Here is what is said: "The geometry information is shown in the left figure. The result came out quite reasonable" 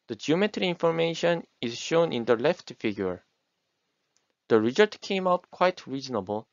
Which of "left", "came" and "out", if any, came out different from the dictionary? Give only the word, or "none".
none